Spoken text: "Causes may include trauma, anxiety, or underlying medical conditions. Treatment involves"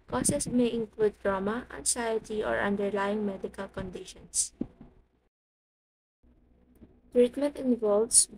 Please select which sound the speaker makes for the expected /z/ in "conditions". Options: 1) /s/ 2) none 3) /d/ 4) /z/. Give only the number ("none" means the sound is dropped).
1